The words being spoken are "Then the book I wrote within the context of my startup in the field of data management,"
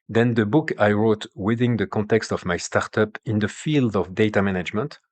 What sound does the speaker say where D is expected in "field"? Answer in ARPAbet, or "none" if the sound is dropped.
D